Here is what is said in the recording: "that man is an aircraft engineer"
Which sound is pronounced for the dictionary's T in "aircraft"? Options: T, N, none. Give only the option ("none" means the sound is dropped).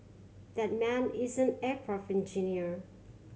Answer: none